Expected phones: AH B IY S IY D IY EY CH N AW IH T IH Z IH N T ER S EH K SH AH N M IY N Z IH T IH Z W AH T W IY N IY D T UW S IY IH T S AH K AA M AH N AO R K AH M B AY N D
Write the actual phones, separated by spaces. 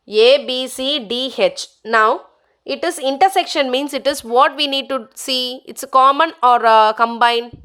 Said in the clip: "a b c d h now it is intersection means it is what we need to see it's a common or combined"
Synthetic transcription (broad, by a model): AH B IY S IY D IY EY CH N AW IH T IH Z IH N T ER S EH K SH AH N M IY N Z IH T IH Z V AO T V IY N IY D T UW S IY IH T S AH K AA M AH N AO R K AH M B AY N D